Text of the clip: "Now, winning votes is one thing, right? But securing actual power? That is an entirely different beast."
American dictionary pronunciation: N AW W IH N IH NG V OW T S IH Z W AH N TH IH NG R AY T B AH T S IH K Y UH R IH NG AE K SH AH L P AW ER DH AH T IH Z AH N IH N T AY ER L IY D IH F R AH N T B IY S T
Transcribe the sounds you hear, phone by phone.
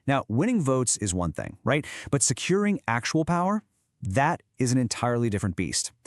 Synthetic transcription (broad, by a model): N AW W IH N IH NG V OW T S IH Z W AH N TH IH NG R AY T B AH T S IH K Y UH R IH NG AE K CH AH L P AW ER DH AH T IH Z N IH N T AY ER L IY D IH F R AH N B IY S T